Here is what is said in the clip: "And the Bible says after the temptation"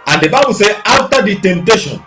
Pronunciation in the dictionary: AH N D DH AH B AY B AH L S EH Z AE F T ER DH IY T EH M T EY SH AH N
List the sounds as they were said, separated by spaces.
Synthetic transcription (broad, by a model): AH N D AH B AY B AH L S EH AA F T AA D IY T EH M T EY SH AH N